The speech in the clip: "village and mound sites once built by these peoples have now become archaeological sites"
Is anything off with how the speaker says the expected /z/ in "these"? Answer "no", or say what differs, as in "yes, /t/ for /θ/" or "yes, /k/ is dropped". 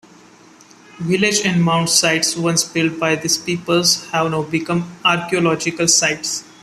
yes, /s/ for /z/